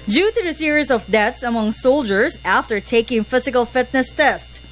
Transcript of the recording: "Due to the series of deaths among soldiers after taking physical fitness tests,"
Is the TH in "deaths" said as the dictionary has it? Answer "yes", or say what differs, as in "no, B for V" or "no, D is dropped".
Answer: no, T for TH